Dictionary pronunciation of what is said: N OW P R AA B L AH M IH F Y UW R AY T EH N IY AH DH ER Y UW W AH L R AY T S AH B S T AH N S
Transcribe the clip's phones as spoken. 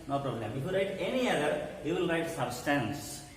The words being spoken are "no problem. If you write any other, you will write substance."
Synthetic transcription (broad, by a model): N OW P R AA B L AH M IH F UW R AY T EH N IY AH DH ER Y UW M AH N R AY T S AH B S T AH N S